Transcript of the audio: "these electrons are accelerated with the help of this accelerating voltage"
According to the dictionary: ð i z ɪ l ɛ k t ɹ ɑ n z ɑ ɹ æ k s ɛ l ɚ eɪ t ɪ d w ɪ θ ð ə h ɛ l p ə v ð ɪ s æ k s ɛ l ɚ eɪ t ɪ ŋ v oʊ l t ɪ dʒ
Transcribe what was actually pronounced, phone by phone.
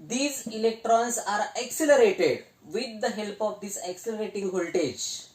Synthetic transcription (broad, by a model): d i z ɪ l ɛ k t ɹ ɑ n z ɑ ɹ æ k s ɛ l ɚ eɪ t ɪ d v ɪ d ə h ɛ l p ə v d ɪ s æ k s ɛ l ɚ eɪ t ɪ ŋ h oʊ l t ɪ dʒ